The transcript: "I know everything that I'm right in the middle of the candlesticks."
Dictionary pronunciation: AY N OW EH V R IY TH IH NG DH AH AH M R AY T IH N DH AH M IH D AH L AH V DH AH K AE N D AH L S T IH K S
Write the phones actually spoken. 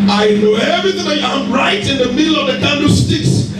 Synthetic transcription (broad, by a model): AY N OW EH V R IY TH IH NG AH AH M R AY T IH N DH AH M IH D L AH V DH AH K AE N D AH S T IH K S